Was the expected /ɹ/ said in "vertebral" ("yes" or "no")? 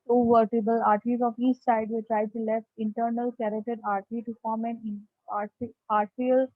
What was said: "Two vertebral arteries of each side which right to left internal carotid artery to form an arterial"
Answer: no